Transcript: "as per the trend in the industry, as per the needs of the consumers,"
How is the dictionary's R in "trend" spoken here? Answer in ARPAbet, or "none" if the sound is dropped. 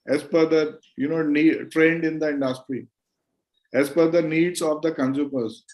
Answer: R